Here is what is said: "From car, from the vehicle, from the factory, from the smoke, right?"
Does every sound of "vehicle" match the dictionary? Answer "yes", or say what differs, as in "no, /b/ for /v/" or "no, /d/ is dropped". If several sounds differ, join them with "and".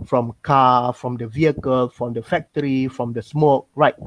yes